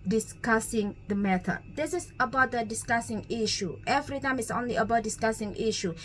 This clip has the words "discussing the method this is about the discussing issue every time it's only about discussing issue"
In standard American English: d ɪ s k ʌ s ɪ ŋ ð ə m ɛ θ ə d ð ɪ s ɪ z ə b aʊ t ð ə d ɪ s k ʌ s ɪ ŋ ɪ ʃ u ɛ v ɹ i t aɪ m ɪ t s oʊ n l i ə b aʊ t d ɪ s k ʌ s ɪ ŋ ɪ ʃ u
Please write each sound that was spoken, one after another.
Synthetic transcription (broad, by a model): d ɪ s k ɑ s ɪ ŋ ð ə m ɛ t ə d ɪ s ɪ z ə b aʊ t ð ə d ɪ s k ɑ s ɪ ŋ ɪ ʃ u ɛ v ɹ i t aɪ m ɪ t s oʊ n l i ə b aʊ t d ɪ s k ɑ s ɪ ŋ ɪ ʃ u